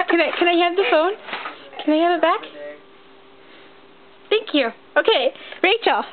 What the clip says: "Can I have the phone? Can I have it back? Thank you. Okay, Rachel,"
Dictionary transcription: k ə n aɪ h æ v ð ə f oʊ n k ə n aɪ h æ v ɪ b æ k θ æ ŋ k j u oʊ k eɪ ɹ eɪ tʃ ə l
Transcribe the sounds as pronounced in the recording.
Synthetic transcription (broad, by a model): k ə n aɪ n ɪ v ð ə f oʊ n k ə n aɪ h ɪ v ɪ b æ k θ æ ŋ k j u oʊ k eɪ ɹ eɪ tʃ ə l